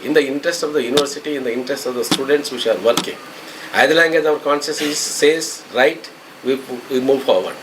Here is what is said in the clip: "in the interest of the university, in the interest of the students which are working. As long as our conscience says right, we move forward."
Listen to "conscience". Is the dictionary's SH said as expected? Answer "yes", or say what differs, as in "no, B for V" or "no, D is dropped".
no, S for SH